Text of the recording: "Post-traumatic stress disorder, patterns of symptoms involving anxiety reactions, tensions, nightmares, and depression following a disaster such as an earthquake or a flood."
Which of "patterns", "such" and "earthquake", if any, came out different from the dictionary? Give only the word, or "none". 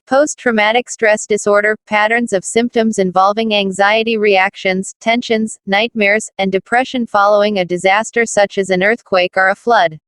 none